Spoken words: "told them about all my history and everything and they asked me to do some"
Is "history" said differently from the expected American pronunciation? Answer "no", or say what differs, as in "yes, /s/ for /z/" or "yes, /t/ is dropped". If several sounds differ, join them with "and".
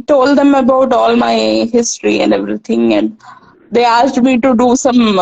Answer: no